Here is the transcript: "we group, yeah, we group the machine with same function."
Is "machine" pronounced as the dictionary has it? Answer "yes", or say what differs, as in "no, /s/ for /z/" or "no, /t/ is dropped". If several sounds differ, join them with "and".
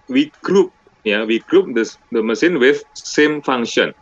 no, /s/ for /ʃ/